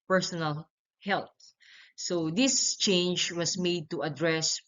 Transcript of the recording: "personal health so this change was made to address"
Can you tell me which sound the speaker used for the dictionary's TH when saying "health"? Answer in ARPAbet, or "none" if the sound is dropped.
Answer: T